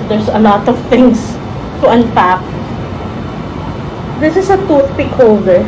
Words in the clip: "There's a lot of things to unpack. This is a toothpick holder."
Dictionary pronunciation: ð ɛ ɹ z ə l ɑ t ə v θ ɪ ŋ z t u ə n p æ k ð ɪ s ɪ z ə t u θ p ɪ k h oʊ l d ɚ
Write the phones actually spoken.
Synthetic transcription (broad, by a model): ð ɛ ɹ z ə l ɑ t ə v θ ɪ ŋ s t u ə n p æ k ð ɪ s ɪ s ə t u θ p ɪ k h oʊ l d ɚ